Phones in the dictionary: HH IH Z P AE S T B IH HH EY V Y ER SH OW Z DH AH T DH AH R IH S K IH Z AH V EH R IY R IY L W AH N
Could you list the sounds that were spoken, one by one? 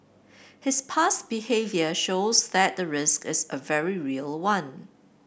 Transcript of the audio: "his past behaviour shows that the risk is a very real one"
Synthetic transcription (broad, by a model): HH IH S P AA S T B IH HH EY V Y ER SH OW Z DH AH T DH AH R IH S K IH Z AH V EH R IY R IY L W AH N